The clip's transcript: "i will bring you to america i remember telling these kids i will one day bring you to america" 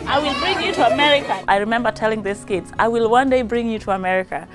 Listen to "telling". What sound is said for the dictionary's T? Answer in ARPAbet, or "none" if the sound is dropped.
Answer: T